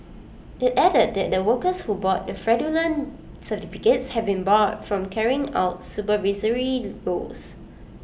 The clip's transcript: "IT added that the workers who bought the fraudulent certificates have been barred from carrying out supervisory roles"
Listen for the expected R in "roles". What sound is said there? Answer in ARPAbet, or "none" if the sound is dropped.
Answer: L